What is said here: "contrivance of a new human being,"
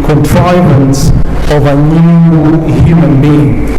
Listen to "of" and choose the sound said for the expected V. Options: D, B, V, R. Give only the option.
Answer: V